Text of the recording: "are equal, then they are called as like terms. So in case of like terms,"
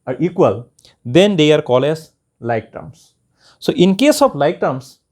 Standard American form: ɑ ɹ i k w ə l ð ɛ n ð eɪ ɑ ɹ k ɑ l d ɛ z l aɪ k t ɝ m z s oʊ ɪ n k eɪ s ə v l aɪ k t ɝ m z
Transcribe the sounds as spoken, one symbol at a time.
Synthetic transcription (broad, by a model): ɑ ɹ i k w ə l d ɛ n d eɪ ɑ ɹ k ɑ l ɛ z l aɪ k t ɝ m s s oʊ ɪ n k eɪ s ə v l aɪ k t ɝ m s